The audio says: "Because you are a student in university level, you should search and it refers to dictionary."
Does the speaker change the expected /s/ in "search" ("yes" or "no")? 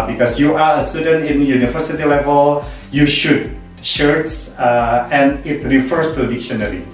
yes